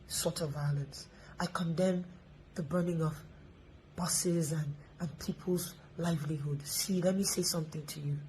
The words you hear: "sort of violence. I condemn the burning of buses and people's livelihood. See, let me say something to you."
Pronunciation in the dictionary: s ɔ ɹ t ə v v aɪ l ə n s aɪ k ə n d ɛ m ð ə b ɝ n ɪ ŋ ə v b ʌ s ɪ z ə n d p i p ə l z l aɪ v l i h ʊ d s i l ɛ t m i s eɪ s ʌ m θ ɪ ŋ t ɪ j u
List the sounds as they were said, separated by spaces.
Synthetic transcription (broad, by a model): s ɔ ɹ t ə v v aɪ l ə n s aɪ k ə n d ɛ m ð ə b ɝ n ɪ ŋ ə v b ʌ s ɪ z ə n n p i p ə l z l aɪ v l i h ʊ d s i l ɛ t m i s eɪ s ʌ m θ ɪ ŋ t ɪ j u